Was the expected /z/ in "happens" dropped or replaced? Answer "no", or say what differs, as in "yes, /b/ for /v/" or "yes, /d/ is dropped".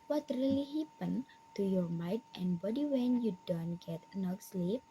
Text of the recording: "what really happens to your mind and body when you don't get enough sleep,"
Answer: yes, /z/ is dropped